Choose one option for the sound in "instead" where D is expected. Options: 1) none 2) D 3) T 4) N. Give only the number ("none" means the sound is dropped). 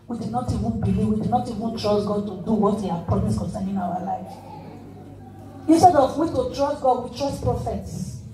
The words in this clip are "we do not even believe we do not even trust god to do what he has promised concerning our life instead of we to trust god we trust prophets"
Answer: 2